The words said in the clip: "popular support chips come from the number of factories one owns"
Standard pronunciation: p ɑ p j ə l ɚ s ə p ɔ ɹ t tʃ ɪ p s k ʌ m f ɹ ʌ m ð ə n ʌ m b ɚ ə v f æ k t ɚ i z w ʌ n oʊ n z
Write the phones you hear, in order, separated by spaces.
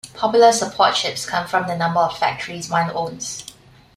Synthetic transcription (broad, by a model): p ɑ p j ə l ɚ s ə p ɔ t ʃ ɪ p s k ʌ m f ɹ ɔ m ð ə n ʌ m b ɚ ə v f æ k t ɚ i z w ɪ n oʊ n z